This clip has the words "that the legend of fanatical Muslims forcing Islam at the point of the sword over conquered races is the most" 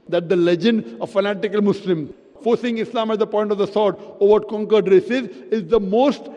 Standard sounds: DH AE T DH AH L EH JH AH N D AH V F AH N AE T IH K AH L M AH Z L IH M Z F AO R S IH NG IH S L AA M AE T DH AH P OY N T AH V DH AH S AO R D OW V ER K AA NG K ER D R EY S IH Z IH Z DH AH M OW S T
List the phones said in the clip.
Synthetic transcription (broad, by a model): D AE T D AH L EH JH AH N D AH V F AH N AE T IH K AH L M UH S L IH M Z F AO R S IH NG IH S L AA M AE T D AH P OY N T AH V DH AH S AO R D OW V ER K AA NG K ER D R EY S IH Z IH Z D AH M OW S T